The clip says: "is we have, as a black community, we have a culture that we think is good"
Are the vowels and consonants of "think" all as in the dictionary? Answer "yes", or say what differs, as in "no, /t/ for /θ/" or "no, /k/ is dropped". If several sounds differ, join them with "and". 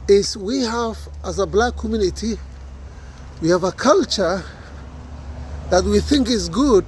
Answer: yes